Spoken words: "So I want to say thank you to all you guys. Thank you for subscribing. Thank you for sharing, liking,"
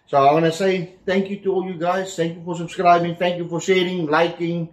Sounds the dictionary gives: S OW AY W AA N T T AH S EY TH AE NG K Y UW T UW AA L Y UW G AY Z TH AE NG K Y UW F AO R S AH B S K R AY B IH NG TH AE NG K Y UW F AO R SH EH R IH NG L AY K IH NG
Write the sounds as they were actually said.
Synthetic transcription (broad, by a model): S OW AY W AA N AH S EY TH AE NG K Y UW T UW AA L Y UW G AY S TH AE NG K Y UW F AO R S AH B S K R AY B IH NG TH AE NG K Y UW F AO R S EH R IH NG L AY K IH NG